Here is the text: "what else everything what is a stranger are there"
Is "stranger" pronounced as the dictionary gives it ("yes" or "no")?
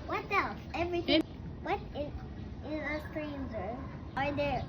no